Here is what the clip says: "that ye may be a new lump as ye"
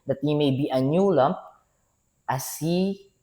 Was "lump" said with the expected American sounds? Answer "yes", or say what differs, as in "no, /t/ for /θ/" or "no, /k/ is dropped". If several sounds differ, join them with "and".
no, /p/ is dropped